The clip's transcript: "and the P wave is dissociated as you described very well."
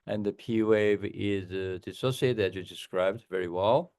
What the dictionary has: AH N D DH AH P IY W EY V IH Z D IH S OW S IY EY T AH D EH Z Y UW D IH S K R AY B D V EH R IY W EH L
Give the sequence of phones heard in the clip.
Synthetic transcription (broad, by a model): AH N DH AH P IY W EY V IH Z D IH S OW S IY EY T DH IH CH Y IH D IH S K R AY B D V EH R IY W EH L